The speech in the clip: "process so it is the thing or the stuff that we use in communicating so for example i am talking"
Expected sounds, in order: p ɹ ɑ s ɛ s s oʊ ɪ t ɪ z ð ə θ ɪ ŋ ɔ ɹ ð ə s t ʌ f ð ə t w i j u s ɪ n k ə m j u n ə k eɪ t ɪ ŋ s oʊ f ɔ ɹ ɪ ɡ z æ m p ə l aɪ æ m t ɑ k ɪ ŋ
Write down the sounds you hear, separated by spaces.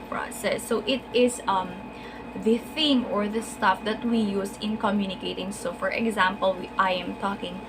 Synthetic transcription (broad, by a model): p ɹ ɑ s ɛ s s oʊ ɪ t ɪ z ð ə θ ɪ ŋ ɔ ɹ ð ə s t ʌ f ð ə t w i j u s ɪ n k ə m j u n ə k eɪ t ɪ ŋ s oʊ f ɔ ɹ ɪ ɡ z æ m p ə l aɪ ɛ m t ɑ k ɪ ŋ